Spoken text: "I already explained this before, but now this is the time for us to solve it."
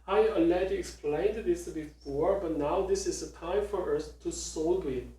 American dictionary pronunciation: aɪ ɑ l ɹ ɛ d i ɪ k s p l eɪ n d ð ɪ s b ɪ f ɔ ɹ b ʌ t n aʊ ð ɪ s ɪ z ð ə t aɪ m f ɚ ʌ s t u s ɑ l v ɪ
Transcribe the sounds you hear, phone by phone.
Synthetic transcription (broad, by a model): aɪ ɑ l ɛ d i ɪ k s p l eɪ n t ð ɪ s b ɪ f ɔ ɹ b ʌ t n aʊ ð ɪ s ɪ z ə t aɪ m f ɚ ʌ s t u s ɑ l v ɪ